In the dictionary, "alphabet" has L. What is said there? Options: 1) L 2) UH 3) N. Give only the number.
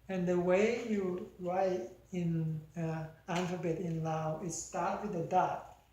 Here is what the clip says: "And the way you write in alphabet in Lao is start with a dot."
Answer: 3